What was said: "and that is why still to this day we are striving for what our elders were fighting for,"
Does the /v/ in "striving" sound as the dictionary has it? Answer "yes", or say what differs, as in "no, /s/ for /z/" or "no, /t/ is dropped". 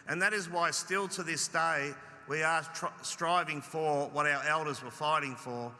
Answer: yes